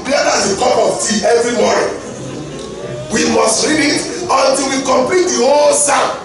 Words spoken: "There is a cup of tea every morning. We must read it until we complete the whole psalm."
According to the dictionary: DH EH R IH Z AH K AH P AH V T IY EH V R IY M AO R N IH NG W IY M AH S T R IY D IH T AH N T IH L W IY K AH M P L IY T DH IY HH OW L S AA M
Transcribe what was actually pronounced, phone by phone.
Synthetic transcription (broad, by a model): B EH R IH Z AH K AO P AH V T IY EH V R IY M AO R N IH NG W IY M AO S T R IY D IH T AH N T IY L W IY K AH M P L IY T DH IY HH OW L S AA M